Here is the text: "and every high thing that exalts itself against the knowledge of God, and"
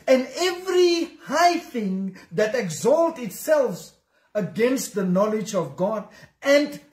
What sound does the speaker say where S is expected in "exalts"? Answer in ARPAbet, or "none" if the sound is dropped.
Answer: none